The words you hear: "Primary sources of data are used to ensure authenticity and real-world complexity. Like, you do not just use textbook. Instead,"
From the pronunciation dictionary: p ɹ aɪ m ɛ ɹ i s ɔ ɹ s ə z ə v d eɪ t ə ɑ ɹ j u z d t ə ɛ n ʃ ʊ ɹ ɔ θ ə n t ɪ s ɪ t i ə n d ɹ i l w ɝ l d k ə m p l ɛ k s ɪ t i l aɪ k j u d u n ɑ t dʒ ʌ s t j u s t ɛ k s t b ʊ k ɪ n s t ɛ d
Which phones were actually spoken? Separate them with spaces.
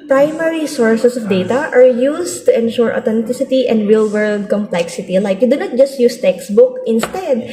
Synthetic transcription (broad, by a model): p ɹ aɪ m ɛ ɹ i s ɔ ɹ s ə s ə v d eɪ t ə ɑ ɹ j u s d t ə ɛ n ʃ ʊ ɹ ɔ t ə n t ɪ s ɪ t i ə n d ɹ i l w ɝ l d k ə m p l ɛ k s ɪ t i l aɪ k j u d u n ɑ t dʒ ʌ s t j u s t ɛ k s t b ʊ k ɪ n s t ɛ d